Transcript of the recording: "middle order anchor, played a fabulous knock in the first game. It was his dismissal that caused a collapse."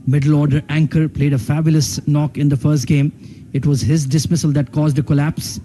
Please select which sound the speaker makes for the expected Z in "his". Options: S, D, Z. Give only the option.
Z